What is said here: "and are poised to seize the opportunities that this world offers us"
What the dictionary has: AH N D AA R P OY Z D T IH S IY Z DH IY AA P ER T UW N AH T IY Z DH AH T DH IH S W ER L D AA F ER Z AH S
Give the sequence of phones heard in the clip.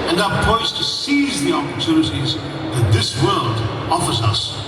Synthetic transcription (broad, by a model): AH N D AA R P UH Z T IH S IY Z DH IY AA P ER T UW N AH T IY Z DH AH T DH IH S W ER L D AA F ER Z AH S